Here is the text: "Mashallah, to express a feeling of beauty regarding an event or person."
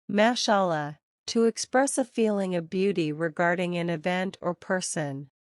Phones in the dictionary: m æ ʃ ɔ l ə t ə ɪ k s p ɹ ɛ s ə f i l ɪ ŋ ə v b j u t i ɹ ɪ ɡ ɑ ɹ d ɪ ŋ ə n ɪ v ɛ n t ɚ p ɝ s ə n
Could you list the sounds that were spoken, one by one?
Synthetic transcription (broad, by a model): m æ ʃ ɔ l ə t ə ɪ k s p ɹ ɛ s ə f i l ɪ ŋ ə v b j u t i ɹ ɪ ɡ ɑ ɹ d ɪ ŋ ə n ɪ v ɛ n t ɚ p ɝ s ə n